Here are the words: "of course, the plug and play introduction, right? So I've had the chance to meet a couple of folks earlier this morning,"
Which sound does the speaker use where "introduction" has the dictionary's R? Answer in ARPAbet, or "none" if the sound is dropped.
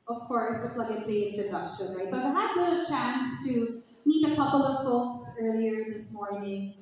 none